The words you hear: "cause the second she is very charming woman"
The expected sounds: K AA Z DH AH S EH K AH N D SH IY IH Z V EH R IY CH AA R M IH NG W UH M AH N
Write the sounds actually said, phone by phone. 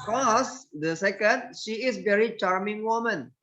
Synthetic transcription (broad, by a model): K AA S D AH S EH K AH N D SH IY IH S V EH R IY CH AA R M IH NG W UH M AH N